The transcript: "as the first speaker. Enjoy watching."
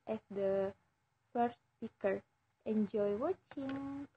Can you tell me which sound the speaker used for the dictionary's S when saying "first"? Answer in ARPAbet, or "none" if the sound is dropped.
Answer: none